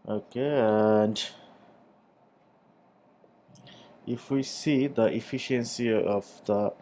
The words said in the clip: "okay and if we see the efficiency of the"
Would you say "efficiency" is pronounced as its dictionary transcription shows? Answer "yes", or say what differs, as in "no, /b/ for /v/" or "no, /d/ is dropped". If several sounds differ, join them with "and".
yes